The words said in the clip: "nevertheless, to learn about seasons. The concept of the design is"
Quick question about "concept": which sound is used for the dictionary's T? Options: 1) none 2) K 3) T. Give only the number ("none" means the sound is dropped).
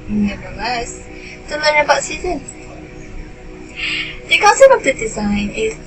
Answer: 1